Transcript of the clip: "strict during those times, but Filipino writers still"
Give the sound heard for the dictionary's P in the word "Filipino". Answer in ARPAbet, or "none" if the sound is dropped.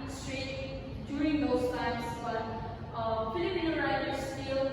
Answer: P